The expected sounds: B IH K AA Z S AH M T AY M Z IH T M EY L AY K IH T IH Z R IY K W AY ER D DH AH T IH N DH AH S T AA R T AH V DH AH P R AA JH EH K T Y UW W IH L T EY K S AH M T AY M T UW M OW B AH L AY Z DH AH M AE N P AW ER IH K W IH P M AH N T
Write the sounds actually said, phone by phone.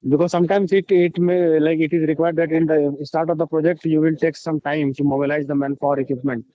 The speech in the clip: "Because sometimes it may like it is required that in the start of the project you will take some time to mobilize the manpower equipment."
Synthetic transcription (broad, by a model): B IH K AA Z S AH M T AY M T IH T M EY L AY K IH T IH Z R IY K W AY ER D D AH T IH N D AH S T AA R T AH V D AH P R AA JH EH K T Y UW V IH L T EY K S AH M T AY M S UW M OW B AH L AY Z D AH M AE N F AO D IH K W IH P M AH N T